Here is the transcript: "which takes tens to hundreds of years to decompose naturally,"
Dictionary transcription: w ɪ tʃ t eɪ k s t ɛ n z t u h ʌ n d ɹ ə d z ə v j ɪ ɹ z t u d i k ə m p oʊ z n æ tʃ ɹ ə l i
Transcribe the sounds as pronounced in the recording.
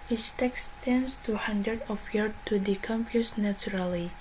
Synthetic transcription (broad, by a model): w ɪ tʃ t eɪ k s t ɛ n s t u h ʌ n d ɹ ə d ə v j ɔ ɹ t u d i k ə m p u s n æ tʃ ɹ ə l i